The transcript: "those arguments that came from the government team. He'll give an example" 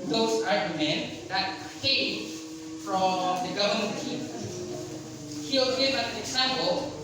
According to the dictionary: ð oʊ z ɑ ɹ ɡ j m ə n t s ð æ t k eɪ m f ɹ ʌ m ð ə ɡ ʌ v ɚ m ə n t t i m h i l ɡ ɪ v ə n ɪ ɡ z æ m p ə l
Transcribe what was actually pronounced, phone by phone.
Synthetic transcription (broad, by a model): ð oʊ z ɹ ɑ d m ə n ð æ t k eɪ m f ɹ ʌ m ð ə ɡ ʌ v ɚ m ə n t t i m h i w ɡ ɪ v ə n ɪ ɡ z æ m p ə l